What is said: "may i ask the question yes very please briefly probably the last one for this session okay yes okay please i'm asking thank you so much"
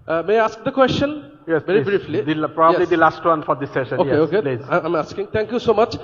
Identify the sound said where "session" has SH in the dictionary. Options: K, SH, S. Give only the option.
SH